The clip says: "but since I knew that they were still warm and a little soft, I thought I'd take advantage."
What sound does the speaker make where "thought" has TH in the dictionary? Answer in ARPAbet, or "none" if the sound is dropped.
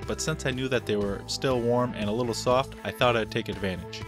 TH